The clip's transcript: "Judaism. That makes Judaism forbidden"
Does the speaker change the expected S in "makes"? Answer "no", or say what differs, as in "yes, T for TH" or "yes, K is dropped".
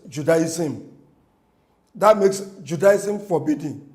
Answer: no